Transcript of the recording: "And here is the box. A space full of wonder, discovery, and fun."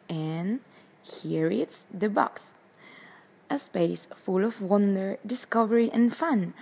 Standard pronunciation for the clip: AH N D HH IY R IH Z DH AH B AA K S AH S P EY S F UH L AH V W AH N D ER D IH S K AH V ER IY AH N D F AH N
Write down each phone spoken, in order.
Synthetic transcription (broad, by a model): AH N HH IY R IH S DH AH B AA K S AH S P EY S F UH L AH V W AH N D ER D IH S K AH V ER IY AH N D F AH N